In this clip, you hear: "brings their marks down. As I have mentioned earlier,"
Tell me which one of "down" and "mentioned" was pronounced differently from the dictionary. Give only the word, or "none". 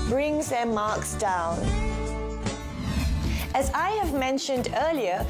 none